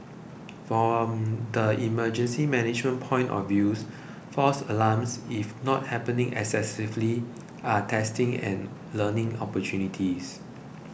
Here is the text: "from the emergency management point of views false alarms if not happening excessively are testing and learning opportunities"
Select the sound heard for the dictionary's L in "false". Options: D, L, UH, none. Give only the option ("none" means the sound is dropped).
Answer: none